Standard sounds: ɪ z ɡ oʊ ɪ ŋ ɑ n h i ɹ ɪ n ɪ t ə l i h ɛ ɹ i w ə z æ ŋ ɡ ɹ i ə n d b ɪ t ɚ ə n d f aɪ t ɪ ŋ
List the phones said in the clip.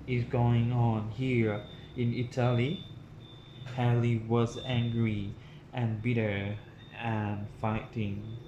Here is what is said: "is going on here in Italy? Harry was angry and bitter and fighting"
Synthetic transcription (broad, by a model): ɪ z ɡ oʊ ɪ ŋ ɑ n h i ɹ ɪ n ɪ t ə l i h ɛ l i w ə z æ ŋ ɡ ɹ i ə n b ɪ t ɚ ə n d f aɪ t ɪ ŋ